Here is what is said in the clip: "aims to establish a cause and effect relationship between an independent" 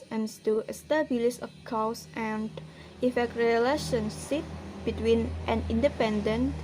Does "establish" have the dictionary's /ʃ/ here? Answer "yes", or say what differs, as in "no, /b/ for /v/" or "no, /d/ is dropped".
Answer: no, /s/ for /ʃ/